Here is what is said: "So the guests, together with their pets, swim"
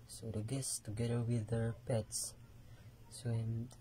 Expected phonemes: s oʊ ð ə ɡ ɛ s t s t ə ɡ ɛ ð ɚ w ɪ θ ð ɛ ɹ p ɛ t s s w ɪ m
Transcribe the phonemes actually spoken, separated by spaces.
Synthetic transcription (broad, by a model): s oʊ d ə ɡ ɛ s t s t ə ɡ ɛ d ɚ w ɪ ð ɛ ɹ p ɛ t s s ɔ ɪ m